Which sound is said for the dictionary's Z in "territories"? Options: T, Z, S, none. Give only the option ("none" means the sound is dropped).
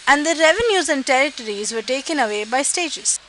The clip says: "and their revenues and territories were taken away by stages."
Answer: Z